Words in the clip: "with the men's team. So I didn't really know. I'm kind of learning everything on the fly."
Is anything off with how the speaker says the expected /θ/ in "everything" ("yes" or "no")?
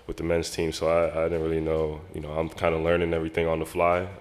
no